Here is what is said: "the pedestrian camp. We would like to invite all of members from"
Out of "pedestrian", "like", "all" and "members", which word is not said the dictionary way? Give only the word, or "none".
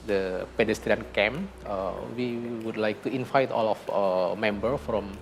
members